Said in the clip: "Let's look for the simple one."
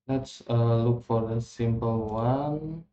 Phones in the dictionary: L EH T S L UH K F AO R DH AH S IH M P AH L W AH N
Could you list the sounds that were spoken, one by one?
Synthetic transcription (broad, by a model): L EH T S L UH K F AO R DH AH S IH M P AH L W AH N